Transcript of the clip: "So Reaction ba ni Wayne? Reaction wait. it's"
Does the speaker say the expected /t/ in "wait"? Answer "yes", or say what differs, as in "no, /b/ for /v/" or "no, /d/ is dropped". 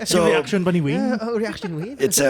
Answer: no, /t/ is dropped